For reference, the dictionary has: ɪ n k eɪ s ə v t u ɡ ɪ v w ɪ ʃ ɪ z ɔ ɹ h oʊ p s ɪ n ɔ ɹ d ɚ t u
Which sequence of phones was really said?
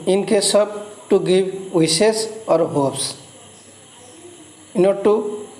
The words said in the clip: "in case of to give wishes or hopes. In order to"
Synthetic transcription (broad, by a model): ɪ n k eɪ s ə b t u ɡ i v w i s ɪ s ɔ ɹ h oʊ p s ɪ n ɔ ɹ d t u